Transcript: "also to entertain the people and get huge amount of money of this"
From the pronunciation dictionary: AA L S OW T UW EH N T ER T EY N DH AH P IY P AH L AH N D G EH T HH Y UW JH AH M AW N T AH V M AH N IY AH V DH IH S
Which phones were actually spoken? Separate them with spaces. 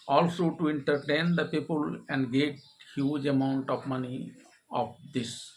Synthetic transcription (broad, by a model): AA L S OW T UW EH N T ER T EY N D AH P IY P AH L AH N D G EH T HH Y UW JH AH M AW N T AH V M AH N IY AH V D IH S